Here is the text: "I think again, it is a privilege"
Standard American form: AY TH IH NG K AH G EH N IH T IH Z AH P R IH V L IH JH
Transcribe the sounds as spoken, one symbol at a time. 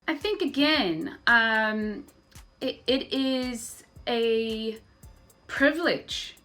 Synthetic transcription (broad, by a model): AY TH IH NG K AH G EH N IH T IH Z AH P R IH V L IH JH